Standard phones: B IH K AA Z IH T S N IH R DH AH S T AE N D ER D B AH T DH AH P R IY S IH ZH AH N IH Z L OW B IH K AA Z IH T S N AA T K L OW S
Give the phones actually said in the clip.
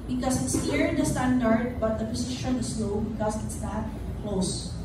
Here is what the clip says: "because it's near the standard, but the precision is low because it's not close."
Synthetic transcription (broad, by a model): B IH K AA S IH T S L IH R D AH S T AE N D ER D B AH T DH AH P IY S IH SH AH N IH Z L OW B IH K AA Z IH T S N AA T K L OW S